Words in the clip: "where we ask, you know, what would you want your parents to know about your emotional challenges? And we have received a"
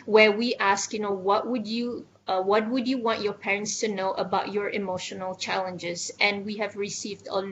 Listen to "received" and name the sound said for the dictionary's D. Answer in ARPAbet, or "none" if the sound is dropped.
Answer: D